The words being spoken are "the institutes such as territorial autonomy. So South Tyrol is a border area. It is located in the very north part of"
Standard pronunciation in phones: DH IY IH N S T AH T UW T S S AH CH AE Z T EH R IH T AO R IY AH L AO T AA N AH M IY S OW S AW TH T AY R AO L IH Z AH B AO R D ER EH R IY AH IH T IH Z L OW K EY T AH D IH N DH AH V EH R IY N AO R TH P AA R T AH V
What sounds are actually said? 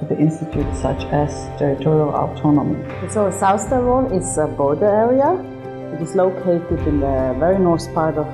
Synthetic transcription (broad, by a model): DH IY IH N S T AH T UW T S S AH CH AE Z T EH R IH T AO R IY AH L AO T AA N AH M IY S OW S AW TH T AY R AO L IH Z AH B AO R D ER EH R IY AH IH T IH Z L OW K EY T AH D IH N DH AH V EH R IY N AO R S P AA R T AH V